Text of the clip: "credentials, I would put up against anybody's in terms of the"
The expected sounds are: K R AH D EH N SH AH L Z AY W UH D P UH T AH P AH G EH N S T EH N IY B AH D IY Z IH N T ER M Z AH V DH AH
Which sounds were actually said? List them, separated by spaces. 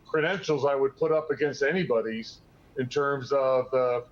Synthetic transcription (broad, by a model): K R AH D EH N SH L Z AY W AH D P UH T AH P AH G EH N S T EH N IY B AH D IY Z IH N T ER M Z AH V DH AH